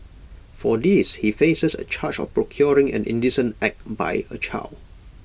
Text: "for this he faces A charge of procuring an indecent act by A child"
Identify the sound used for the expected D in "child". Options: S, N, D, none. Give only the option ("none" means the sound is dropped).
none